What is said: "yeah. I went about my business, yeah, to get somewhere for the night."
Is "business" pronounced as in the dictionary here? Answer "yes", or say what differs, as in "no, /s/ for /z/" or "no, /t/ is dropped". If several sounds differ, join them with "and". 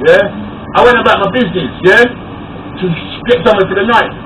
yes